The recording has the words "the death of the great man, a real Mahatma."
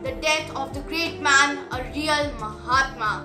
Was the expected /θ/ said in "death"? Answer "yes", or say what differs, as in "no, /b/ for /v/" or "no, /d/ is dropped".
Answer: no, /t/ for /θ/